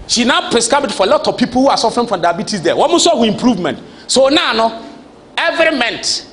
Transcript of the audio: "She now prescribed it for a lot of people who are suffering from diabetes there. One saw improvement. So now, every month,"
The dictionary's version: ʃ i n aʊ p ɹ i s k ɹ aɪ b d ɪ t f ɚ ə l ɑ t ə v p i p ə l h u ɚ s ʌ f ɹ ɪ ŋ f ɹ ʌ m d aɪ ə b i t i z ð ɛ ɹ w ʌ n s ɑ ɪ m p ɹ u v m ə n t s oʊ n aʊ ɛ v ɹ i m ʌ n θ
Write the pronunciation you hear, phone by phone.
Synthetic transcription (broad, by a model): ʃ i n aʊ p ɹ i s k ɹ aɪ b ɪ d f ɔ ə l ɑ t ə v p i p ə l h u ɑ s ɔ f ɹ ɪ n f ɹ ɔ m d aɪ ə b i t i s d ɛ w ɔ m s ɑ ɪ m p ɹ u v m ə n t s oʊ n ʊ ɛ v ɹ i m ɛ n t